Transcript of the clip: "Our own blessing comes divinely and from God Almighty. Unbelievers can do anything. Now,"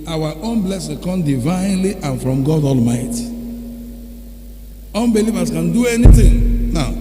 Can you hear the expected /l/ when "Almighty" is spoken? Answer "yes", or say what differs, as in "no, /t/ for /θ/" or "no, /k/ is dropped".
yes